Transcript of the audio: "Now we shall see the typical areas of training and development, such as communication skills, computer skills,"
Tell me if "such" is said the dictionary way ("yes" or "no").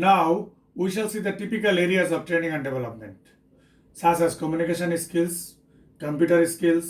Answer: no